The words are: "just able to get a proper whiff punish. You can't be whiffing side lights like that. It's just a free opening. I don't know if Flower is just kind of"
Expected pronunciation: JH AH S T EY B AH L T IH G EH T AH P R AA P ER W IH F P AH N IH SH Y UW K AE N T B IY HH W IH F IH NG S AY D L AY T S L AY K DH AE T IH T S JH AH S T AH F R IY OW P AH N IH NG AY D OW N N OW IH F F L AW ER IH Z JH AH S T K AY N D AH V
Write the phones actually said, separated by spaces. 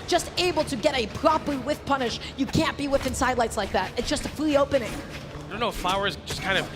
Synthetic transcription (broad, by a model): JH AH S T EY B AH L T IH G EH T AH P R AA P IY W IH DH P AH N IH SH Y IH K AE N B IY W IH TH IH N S AY D L AY T S L AY K DH AE T IH T S JH AH S T AH F L IY OW P AH N IH NG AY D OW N N OW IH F F L AW ER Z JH AH S K AY N D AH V